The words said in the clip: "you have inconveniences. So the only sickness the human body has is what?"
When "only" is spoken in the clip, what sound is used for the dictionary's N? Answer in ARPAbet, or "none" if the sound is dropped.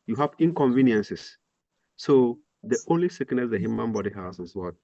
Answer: N